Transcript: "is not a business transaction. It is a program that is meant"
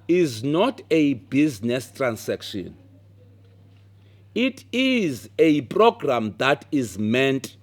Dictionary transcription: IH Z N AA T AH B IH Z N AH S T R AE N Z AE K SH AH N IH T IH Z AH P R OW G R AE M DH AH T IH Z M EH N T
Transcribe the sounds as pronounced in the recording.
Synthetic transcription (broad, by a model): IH Z N AA T AH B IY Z N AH S T R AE N S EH K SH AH N IH T IH Z AH P R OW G R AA M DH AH T IH Z M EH N T